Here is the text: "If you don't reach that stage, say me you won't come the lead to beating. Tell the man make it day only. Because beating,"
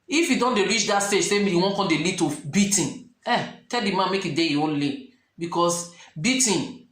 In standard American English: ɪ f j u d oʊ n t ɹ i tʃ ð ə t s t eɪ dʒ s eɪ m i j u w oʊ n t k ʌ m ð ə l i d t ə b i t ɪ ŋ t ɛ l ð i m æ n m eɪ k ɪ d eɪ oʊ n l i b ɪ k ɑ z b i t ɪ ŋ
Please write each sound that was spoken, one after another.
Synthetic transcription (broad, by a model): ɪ f j u d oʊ n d ɹ i tʃ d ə t s t eɪ dʒ s eɪ m i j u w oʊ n k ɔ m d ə l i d t ə b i t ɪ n t ɛ l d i m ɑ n m eɪ k ɪ d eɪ oʊ n l i b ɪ k ɑ s b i t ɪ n